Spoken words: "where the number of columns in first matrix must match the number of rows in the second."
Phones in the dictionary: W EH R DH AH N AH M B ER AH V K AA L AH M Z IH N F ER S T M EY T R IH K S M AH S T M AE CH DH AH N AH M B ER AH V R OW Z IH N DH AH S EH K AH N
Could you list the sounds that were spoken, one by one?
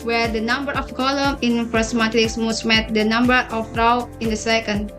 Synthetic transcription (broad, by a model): W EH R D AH N AH M B ER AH F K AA L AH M IH N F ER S M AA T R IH K S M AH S M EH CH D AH N AH M B ER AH F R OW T IH N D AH S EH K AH N